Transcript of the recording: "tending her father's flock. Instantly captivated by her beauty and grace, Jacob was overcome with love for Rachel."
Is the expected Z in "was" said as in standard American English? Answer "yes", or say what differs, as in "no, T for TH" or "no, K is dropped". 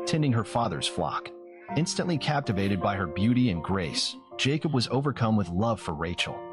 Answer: yes